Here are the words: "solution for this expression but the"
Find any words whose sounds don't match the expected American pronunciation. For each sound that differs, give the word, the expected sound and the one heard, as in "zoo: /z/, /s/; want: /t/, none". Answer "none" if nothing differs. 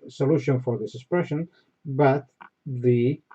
none